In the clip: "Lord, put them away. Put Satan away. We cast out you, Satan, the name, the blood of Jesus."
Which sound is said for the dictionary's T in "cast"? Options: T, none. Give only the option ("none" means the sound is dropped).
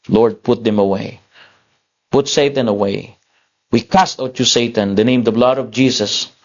T